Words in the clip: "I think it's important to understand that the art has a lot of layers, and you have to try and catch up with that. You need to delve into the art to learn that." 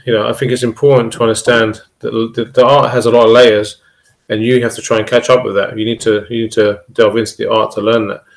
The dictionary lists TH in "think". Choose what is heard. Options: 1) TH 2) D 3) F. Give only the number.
1